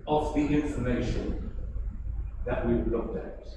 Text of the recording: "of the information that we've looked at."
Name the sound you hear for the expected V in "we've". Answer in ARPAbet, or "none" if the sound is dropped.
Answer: W